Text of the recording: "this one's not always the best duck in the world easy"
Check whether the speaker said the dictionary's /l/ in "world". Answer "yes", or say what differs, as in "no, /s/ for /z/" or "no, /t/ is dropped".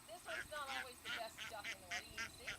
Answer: no, /l/ is dropped